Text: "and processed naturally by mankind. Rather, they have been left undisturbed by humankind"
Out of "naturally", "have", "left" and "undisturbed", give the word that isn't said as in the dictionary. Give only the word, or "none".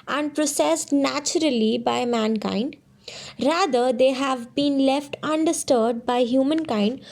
undisturbed